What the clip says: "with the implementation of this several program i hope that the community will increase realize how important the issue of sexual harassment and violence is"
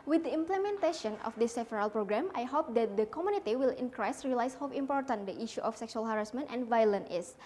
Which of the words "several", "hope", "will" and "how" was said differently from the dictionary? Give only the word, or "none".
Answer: several